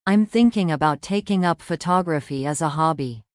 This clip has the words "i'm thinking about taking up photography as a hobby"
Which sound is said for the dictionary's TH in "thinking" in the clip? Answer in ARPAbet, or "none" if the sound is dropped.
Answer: TH